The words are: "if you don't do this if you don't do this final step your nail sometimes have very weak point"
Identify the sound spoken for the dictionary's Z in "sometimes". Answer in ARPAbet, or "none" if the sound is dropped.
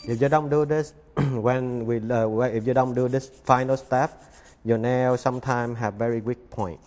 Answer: none